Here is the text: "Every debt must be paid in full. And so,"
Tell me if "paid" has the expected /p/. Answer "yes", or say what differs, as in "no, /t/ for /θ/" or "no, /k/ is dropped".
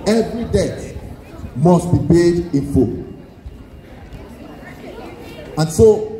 no, /b/ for /p/